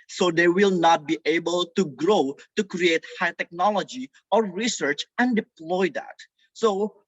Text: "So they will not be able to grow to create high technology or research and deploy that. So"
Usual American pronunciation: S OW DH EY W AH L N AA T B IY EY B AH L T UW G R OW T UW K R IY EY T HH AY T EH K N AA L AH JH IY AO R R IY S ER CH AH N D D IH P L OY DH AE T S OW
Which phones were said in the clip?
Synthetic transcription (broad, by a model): S OW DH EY W AH L N AA T B IY EY B AH L T UW G R OW T UW K R IY EY T HH AY T EH K N AA L AH JH IY AO R R IY S ER CH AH N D D IH P L OY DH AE T S OW